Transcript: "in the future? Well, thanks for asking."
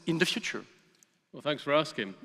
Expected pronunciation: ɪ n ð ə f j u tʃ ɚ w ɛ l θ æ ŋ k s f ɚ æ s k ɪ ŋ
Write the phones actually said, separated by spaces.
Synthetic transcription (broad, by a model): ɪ n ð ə f j u tʃ ɚ w ɛ l θ æ ŋ k s f ɚ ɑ s k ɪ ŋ